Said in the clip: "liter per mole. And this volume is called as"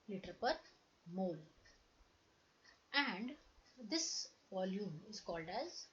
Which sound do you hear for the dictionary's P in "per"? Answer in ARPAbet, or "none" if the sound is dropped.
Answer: P